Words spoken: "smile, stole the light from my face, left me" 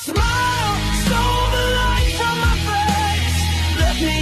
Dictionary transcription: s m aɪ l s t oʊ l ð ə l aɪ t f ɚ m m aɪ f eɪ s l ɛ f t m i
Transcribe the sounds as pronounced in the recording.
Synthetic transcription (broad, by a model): s m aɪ l s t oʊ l ð ə l aɪ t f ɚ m m aɪ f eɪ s l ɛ t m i